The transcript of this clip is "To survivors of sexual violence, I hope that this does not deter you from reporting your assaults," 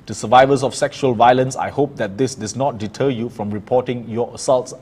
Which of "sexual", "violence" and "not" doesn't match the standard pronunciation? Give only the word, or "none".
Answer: none